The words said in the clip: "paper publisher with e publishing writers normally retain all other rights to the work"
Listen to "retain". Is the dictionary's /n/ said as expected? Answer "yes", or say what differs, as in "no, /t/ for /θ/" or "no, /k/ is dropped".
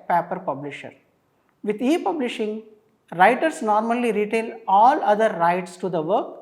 no, /l/ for /n/